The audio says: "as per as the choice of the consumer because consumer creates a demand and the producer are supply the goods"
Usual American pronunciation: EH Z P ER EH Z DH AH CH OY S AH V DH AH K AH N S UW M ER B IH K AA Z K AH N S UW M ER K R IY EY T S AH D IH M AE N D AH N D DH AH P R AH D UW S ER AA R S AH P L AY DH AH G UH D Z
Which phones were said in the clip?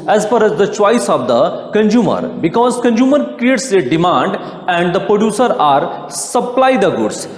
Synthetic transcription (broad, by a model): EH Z F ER EH Z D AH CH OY S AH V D AH K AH N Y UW M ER B IH K AA Z K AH N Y UW M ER K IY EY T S AH D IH M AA N D AH N D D AH P R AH D UW S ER AA R S AH P L AY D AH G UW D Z